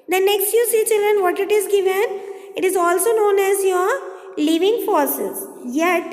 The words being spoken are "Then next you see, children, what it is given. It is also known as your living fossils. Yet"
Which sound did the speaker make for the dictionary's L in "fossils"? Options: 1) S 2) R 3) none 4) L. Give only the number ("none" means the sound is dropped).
3